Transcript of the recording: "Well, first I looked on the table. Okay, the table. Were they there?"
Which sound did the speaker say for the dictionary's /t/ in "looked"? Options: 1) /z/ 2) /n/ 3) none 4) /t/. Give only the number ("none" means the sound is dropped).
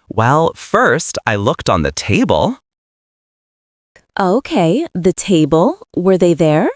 4